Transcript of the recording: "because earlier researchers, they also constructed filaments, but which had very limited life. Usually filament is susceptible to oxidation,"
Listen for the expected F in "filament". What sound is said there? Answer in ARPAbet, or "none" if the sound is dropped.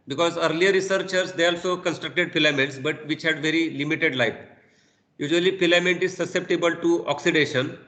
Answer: P